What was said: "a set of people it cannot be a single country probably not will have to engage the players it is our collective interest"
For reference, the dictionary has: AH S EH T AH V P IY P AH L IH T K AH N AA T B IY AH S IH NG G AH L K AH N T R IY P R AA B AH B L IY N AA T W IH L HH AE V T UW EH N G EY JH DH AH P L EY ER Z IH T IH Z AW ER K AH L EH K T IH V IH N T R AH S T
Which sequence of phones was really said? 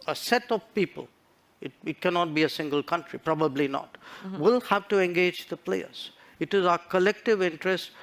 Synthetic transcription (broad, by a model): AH S EH T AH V P IY P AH L IH T K AH N AA T B IY AH S IH NG G AH L K AH N T R IY P R AA B AH B L IY N AA T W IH L HH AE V T UW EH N G EY JH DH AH P L EY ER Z IH T IH Z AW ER K AH L EH K T IH V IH N T R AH S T